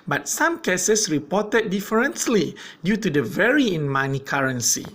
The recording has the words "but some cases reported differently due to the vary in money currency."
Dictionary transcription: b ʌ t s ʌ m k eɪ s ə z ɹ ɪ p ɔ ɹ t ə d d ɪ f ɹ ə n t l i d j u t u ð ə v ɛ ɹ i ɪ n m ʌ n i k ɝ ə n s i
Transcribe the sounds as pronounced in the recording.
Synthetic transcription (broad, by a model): b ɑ t s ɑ m k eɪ s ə s ɹ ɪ p ɔ t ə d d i f ɹ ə n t l i d j u t u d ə v ɛ ɹ i ɪ n m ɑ n i k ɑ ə n s i